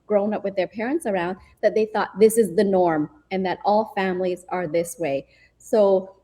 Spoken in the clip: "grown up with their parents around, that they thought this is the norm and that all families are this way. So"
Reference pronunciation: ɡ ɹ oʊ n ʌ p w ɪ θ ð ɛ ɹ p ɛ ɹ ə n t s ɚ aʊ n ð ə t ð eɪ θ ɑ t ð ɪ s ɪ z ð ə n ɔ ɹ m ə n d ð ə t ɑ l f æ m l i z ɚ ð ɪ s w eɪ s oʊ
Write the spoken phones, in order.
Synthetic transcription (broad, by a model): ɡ ɹ oʊ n ʌ p w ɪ ð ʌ ɹ p ɛ ɹ ə n t s ɚ aʊ n ð ə t ð eɪ θ ɑ t ð ɪ s ɪ z ð ə n ɔ ɹ m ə n ð ə t ɑ l f æ m l i z ɚ ð ɪ s w eɪ s oʊ